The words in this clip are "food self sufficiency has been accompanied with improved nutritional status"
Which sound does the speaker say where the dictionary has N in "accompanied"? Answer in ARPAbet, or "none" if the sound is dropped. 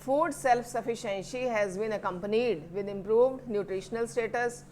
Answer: N